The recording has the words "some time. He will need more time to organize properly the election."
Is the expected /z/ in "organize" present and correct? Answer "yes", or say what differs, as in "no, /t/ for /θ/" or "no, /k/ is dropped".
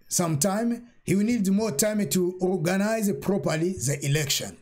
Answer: yes